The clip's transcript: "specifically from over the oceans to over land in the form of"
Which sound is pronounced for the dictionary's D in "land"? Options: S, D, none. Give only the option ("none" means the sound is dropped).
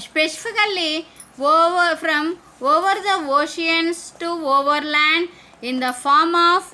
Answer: D